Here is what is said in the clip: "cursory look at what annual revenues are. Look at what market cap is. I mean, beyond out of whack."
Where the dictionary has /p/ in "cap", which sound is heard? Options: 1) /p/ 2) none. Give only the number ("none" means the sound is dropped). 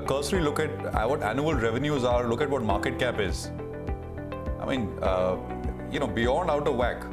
1